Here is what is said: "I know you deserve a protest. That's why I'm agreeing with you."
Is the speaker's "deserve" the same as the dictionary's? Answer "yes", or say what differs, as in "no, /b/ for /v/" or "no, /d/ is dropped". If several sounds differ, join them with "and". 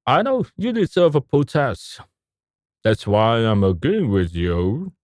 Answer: yes